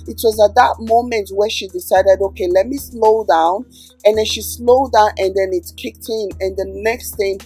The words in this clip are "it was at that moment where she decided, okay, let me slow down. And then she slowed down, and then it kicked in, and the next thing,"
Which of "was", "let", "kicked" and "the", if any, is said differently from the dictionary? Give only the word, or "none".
none